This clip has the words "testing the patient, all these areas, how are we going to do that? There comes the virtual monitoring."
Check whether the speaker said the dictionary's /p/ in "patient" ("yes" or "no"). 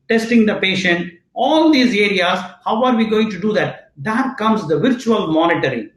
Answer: yes